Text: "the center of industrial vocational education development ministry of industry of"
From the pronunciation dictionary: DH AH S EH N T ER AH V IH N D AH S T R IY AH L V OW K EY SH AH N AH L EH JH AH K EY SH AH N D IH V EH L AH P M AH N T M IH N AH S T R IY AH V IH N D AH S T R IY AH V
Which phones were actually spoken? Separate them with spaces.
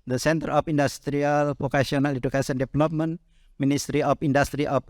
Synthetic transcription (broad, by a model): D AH S EH N T ER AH F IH N D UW S T R IY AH L P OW K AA S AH N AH L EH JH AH K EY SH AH N D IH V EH L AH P M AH N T M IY N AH S T R IY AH F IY N D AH S T R IY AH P